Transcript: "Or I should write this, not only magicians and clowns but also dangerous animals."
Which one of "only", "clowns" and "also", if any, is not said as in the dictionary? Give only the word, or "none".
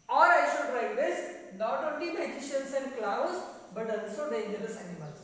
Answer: clowns